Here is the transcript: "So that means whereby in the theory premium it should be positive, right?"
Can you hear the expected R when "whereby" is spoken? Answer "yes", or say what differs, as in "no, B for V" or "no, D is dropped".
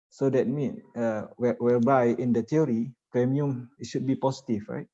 no, L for R